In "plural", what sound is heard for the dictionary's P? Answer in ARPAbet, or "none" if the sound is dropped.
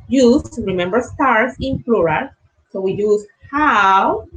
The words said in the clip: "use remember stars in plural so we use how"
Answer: F